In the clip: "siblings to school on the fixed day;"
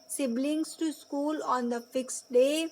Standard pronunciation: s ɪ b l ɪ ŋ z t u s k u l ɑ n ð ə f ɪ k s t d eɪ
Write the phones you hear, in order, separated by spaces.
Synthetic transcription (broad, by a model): s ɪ b l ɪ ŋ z t u s k u l ɑ n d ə f ɪ k s t d eɪ